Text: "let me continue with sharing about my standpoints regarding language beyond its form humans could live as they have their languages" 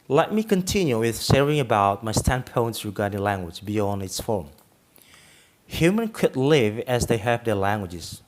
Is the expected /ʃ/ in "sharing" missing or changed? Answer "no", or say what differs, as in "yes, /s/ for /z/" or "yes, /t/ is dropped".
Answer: yes, /s/ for /ʃ/